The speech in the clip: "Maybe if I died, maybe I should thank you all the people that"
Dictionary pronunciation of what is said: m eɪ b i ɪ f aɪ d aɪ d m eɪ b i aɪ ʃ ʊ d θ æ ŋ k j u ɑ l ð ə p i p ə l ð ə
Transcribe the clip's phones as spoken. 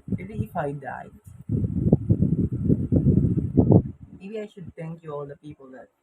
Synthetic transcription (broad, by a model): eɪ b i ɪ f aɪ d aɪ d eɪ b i aɪ ʃ ʊ d t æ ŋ k j u ɑ l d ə p i p ə l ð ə